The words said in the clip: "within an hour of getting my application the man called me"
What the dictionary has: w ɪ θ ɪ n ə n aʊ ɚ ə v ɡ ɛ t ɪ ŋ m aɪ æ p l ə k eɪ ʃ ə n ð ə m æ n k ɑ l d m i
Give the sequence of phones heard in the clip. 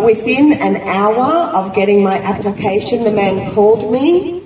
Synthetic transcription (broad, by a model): w ɪ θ ɪ n ə n aʊ ɚ ə v ɡ ɛ t ɪ ŋ m aɪ æ p l ə k eɪ ʃ ə n ð ə m æ n k ɑ l d m i